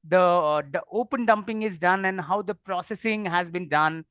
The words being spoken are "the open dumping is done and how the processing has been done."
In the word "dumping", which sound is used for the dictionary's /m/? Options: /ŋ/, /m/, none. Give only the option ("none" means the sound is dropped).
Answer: /m/